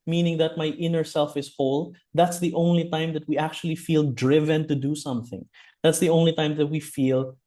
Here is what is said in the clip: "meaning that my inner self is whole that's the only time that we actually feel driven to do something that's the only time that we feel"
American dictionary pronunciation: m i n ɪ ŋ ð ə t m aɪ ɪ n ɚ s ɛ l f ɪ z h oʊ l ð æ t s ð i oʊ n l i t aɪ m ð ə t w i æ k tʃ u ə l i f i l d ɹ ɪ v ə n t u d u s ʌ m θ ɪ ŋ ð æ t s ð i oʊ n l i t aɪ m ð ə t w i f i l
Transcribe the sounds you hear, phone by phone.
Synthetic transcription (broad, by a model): m i n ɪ ŋ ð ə t m aɪ ɪ n ɚ s ɛ l f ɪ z h oʊ l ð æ t s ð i oʊ n l i t aɪ m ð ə t w i æ k tʃ u ə l i f i l d ɹ ɪ v ə n t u d u s ʌ m θ ɪ ŋ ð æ t s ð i oʊ n l i t aɪ m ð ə t w i f i l